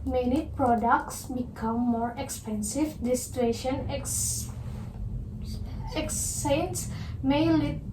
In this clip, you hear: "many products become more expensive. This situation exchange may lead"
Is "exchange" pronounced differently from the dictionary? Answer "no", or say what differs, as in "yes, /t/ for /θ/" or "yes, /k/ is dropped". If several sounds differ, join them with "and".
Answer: yes, /tʃ/ is dropped